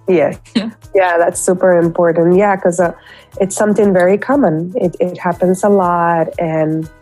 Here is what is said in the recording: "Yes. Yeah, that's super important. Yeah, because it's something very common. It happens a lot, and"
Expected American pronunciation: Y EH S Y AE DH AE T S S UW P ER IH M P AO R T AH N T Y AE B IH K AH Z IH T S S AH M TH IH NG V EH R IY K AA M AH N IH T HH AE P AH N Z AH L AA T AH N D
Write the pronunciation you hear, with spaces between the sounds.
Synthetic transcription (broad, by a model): Y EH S Y AE DH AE T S S UW P ER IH M P AO R T N T Y AE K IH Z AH IH T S S AH M TH IH NG V EH R IY K AA M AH N IH T HH AE P AH N Z AH L AA T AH N